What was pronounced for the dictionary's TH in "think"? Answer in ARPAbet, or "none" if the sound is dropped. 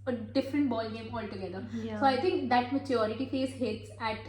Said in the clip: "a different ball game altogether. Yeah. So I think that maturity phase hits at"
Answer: T